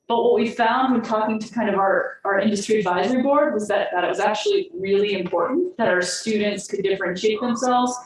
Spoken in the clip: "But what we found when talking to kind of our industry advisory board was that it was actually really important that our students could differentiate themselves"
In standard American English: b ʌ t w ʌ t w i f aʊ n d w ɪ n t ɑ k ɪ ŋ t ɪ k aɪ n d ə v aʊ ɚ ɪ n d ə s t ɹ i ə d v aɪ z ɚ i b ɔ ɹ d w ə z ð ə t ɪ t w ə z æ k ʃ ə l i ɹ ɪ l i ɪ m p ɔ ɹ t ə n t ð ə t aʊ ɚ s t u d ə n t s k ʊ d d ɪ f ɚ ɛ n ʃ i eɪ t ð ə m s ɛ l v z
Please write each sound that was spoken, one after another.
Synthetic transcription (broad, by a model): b ʌ t w ʌ t w i f aʊ n d w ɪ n t ɑ k ɪ ŋ t ɪ k aɪ n d ə v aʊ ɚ ɪ n d ə s t ɹ i ə d v aɪ z ɚ i b ɔ ɹ d w ə z ð ə t ɪ t w ə z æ k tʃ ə l i ɹ ɪ l i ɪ m p ɔ ɹ t n ð ə t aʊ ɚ s t u d n t s k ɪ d d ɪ f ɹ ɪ n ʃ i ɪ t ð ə m s ɛ l v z